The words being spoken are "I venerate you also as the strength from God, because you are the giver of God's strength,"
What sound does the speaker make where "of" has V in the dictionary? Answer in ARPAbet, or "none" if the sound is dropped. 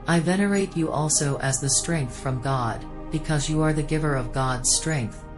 V